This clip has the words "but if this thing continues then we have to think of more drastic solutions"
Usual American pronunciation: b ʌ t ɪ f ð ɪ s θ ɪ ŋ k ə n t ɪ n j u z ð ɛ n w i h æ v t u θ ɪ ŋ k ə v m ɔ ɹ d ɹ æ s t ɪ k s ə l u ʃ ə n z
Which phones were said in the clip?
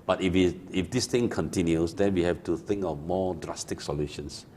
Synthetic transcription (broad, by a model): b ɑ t ɪ f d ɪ s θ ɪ ŋ k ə n t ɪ n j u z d ɛ n w i h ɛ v t u θ ɪ ŋ k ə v m ɔ d ɹ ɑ s t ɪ k s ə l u ʃ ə n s